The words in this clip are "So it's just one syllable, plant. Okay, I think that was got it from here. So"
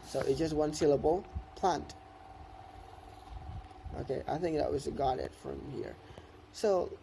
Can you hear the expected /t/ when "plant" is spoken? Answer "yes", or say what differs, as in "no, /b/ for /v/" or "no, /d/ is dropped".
yes